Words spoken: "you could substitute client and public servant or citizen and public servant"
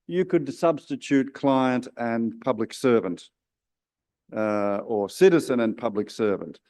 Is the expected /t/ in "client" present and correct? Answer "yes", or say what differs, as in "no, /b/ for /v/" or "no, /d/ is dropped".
yes